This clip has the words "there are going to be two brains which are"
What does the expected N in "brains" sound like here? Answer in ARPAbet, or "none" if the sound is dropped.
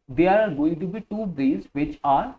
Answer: none